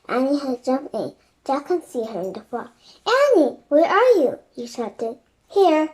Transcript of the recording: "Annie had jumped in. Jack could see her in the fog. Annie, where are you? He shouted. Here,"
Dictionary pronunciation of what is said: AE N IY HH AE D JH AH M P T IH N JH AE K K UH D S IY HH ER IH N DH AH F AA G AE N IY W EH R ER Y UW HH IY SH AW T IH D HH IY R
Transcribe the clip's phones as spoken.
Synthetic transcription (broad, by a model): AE N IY HH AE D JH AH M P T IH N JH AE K K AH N S IY HH ER IH N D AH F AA AE N IY W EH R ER Y UW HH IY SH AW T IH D HH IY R